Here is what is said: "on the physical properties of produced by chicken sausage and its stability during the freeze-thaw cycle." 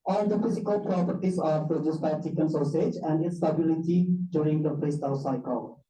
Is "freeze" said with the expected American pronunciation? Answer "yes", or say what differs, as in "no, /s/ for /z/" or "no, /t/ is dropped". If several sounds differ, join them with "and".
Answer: no, /p/ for /f/